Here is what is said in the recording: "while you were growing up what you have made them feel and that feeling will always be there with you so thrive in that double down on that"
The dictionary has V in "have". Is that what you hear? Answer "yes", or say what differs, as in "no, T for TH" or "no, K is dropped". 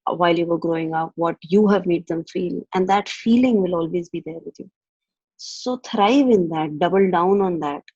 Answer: yes